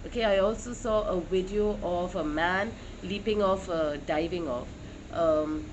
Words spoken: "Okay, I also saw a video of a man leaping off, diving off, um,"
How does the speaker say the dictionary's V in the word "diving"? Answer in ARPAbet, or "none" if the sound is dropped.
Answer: V